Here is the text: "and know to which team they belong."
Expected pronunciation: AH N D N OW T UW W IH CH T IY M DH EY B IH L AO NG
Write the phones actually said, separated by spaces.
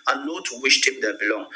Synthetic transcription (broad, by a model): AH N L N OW T UW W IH SH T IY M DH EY B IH L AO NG